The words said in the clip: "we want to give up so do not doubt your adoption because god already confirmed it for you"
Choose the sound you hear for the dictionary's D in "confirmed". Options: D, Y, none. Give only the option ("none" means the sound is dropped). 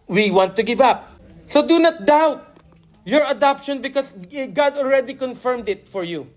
D